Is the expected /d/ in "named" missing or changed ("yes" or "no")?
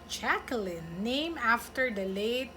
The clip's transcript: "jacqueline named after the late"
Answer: yes